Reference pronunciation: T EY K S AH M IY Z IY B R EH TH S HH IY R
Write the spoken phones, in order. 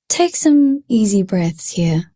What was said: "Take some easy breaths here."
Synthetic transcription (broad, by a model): T EY K S AH M IY Z IY B R EH TH S HH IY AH